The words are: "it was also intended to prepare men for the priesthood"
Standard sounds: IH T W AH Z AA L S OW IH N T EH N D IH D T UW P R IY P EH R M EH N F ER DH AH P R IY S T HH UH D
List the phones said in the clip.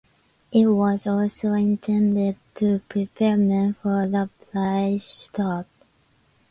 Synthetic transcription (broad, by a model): IH T W AH Z AA L S OW IH N T EH N D IH D T UW P R IY P EH R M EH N F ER DH AH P L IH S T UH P